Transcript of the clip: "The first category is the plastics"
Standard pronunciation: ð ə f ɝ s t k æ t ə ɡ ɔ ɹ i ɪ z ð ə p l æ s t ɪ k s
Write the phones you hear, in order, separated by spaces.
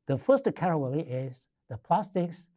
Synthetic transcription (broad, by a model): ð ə f ɝ s t k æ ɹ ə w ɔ l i ɪ z ð ə p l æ s t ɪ k s